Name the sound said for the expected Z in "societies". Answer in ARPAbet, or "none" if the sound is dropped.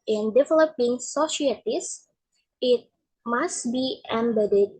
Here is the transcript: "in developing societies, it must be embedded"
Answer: S